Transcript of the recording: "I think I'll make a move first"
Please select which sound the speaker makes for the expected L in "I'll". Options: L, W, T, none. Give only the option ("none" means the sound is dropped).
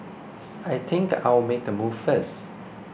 W